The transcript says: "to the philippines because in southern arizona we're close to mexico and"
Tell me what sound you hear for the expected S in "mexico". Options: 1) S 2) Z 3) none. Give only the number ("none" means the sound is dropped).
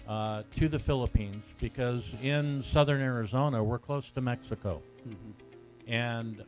1